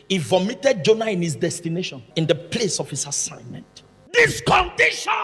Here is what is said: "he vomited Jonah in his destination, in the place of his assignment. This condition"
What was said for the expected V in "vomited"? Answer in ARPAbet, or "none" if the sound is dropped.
V